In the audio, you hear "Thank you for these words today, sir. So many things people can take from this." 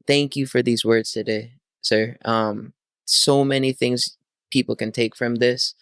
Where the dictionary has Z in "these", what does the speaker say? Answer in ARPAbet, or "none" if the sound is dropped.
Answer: Z